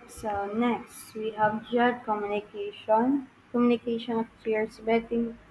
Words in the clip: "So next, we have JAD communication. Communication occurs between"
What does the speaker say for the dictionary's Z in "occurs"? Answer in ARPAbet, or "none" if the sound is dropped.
S